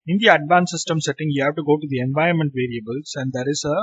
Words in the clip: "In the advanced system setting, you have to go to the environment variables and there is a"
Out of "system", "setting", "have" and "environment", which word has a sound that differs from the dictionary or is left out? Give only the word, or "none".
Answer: environment